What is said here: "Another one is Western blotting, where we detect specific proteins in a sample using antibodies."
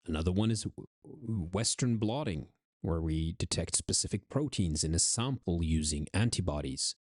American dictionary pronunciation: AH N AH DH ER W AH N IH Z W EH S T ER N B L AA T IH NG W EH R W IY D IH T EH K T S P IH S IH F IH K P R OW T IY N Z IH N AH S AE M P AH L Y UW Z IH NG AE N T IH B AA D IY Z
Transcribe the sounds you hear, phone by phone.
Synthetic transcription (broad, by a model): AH N AH DH ER W AH N IH Z W EH S T ER N B L AA T IH NG W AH R W IY D IH T EH K T S P IH S IH F IH K P R OW T IY N Z IH N AH S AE M P L Y UW Z IH NG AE N T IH B AA D IY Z